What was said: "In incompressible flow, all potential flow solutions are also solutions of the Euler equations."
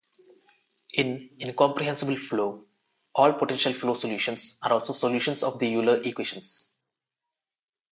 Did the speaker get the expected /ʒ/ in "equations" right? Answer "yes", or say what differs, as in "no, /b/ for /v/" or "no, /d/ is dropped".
no, /ʃ/ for /ʒ/